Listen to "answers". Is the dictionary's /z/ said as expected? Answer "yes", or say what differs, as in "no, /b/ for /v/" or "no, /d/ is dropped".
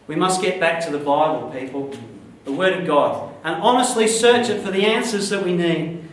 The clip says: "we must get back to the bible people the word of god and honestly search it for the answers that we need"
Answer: yes